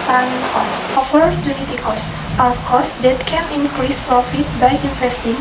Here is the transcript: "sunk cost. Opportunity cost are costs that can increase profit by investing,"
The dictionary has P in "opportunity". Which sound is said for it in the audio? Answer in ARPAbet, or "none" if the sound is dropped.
F